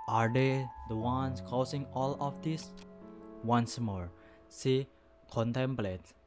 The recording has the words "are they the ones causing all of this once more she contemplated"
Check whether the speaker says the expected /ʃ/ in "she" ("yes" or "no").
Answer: no